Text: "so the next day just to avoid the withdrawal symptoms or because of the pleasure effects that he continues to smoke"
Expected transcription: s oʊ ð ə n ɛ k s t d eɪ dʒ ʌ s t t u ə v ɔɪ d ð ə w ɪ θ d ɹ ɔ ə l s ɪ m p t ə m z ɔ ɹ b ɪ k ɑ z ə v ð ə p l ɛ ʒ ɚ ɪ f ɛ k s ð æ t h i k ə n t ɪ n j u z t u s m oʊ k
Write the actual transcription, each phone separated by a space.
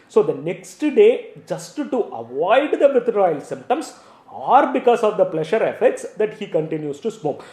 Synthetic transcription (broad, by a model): s oʊ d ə n ɛ k s t d eɪ dʒ ʌ s t t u ə v ɔɪ d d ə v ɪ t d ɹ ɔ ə l s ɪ m p t ə m s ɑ ɹ b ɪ k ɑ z ə v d ə p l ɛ ʃ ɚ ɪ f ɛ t s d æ t h i k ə n t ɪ n j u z t u s m oʊ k